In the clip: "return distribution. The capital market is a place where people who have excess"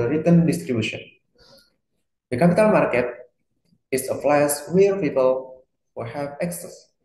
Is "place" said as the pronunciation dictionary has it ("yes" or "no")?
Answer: no